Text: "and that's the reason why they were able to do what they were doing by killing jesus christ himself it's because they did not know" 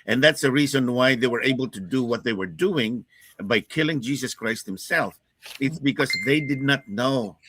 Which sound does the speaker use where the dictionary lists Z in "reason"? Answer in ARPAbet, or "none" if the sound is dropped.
Z